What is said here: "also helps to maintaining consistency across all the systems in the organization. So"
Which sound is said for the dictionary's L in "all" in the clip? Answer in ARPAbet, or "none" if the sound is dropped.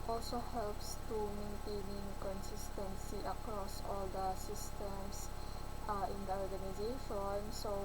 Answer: L